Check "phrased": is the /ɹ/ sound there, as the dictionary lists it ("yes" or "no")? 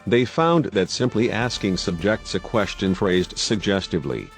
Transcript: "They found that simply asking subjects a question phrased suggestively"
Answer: yes